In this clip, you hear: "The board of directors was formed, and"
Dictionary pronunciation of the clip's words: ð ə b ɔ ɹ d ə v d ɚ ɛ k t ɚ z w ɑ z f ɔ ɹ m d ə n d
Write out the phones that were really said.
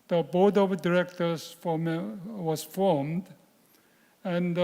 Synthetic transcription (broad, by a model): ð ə b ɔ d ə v d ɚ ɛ k t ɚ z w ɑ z f ɔ ɹ m d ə n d